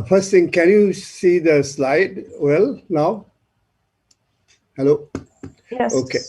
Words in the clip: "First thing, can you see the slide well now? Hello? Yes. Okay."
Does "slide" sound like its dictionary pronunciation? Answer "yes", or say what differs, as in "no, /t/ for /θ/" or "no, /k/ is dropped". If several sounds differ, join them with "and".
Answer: yes